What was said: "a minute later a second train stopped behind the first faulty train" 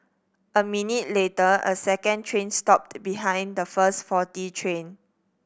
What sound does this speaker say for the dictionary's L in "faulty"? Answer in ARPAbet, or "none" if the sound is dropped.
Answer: none